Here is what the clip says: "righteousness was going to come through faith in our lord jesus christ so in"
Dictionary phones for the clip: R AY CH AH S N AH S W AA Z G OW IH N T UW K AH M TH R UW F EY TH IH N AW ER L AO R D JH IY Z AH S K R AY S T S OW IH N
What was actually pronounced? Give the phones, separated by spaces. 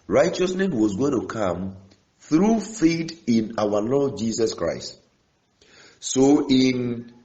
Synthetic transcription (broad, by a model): R AY CH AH S N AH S W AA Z G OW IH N T UW K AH M TH R UW F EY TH IH N AW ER L AO D JH IY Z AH S K R AY S T S OW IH N